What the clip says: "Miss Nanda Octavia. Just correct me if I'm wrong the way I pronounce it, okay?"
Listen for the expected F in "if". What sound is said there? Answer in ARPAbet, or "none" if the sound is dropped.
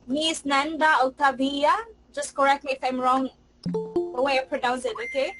F